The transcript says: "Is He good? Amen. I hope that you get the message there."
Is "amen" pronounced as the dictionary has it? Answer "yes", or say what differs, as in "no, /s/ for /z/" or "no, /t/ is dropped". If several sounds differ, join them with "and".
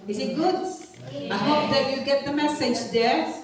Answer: no, /m/ is dropped